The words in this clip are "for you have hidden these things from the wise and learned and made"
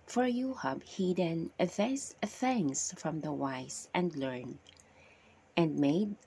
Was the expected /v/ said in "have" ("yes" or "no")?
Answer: no